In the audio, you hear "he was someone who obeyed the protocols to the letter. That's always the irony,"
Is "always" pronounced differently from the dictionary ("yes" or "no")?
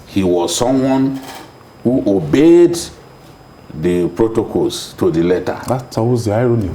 yes